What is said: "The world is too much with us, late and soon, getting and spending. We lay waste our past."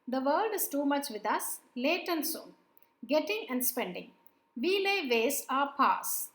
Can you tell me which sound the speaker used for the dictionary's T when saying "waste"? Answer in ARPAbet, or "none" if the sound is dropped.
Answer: none